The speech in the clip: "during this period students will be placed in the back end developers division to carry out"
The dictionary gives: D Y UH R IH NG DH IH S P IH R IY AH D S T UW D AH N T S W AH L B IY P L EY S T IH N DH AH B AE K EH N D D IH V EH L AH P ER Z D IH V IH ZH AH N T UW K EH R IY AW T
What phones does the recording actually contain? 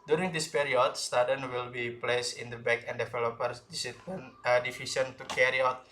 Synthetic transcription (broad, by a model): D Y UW R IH NG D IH S P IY R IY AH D S T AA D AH N W AH L B IY P L EY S IH N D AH B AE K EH N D D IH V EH L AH P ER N D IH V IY S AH N T UW K EH R IY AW T